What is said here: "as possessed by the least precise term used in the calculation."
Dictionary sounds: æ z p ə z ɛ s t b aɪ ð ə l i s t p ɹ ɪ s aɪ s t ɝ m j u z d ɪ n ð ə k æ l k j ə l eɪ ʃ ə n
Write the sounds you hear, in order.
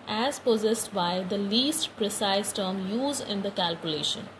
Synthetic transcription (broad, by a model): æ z p ə z ɛ s t b aɪ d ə l i s t p ɹ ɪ s aɪ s t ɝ m j u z ɪ n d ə k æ l k j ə l eɪ ʃ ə n